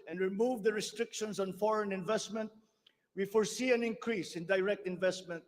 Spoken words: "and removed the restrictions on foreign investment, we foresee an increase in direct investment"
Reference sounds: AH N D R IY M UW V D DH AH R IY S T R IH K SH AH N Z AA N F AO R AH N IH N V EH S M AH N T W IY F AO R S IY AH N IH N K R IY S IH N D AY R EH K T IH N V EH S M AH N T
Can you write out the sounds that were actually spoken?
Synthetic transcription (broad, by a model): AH N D R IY M UW V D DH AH R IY S T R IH K SH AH N S AA N F AO R AH N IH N V EH S M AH N T W IY F AO R S IY AH N IH N K R IY S IH N D AY R EH K T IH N V EH S M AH N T